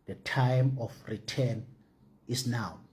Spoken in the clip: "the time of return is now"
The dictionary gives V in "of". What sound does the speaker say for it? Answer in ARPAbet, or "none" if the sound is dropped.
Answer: F